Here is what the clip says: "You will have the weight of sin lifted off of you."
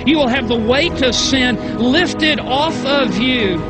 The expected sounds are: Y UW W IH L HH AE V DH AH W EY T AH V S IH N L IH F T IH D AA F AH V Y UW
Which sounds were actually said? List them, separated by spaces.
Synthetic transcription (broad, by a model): Y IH W IH L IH V DH AH W EY T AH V S IH N L IH F T IH D AA F AH V Y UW